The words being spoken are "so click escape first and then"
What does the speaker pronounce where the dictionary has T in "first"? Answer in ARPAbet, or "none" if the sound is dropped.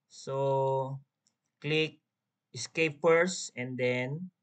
none